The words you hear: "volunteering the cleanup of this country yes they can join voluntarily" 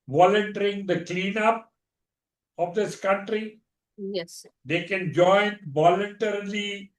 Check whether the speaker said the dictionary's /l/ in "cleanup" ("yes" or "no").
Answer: yes